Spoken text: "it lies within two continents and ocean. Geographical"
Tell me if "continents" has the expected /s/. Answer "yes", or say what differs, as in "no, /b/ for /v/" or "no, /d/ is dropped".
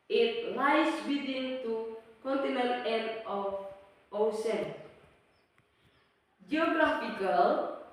no, /s/ is dropped